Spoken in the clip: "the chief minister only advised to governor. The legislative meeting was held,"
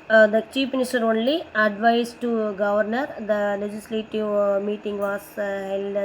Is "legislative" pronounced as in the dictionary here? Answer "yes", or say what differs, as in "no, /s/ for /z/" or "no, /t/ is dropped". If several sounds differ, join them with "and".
yes